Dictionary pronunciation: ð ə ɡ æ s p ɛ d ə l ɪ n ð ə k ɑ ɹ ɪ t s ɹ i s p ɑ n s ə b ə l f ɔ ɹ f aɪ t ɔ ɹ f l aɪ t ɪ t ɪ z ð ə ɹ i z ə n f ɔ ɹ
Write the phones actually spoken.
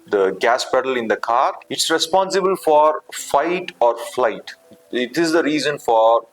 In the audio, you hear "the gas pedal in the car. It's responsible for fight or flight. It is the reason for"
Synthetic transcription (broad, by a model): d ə ɡ æ s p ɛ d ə l ɪ n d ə k ɑ ɹ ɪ t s ɹ i s p ɑ n s ə b ə l f ɔ ɹ f aɪ t ɔ ɹ f l aɪ t ɪ t ɪ z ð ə ɹ i z ə n f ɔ ɹ